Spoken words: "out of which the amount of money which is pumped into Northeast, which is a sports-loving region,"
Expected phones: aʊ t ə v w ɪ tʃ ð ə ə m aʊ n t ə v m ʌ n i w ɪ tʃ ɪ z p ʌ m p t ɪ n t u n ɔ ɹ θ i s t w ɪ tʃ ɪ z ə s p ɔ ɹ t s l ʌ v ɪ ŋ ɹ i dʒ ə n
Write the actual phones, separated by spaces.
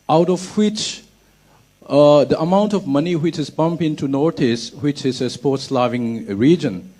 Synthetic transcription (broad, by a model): aʊ t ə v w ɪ tʃ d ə ə m aʊ n t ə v m ʌ n i w ɪ tʃ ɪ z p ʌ m p ɪ n t u n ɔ ɹ t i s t w ɪ tʃ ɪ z ə s p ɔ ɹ t s l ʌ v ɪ ŋ ɹ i dʒ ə n